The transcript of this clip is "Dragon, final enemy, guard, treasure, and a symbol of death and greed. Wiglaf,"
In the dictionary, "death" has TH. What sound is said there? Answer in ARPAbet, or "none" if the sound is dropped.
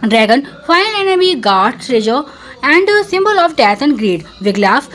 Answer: T